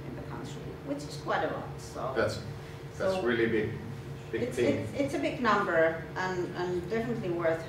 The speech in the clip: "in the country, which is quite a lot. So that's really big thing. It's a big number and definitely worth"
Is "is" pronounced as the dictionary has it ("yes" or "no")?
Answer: no